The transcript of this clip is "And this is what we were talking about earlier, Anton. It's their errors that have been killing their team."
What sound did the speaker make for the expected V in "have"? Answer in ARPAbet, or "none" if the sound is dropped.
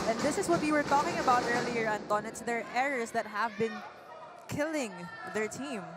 V